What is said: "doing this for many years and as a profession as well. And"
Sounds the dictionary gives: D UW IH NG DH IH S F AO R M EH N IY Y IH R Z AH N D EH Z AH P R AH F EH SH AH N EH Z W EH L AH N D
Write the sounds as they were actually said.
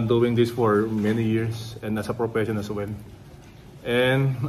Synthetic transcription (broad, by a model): D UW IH NG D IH S F AO R M EH N IY Y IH R S AH N D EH S AH P R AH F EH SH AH N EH S W EH L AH N D